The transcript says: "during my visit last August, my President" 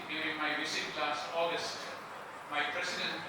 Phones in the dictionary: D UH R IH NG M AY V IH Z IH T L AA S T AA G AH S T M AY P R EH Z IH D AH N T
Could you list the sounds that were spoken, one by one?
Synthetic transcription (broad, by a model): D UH R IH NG M AY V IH S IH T L AA S T AA G AH S T M AY P R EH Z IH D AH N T